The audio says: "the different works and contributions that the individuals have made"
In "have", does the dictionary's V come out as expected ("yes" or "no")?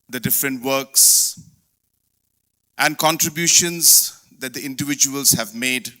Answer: yes